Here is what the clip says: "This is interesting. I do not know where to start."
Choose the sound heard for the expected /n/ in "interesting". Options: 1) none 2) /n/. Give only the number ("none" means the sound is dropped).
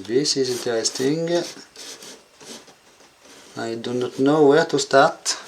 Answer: 1